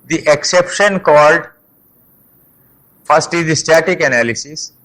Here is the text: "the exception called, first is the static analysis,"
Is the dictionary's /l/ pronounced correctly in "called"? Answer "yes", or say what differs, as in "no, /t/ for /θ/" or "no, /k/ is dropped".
yes